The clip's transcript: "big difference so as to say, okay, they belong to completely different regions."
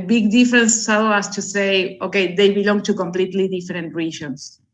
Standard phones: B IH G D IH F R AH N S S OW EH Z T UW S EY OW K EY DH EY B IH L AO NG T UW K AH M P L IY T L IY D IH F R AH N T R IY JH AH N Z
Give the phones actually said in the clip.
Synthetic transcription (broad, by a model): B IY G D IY F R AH N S S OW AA S T UW S EY OW K EY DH EY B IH L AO NG T UW K AH M P L IY T L IY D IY F R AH N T R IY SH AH N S